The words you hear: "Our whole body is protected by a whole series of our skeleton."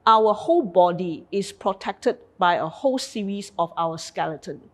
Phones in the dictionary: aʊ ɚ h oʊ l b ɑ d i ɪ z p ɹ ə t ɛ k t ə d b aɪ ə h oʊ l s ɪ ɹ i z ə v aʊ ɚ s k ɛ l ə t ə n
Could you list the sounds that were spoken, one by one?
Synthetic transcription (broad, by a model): aʊ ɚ h oʊ l b ɑ d i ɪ s p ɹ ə t ɛ k t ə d b aɪ ə h oʊ l s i ɹ i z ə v aʊ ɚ s k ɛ l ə t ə n